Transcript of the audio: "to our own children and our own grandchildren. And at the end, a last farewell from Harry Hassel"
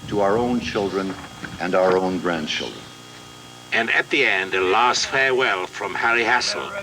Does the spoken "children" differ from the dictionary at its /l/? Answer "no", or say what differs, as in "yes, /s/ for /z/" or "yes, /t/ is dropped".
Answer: no